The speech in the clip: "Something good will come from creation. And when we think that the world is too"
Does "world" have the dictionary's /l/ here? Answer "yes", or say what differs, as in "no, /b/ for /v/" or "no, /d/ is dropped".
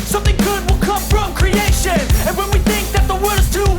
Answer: no, /l/ is dropped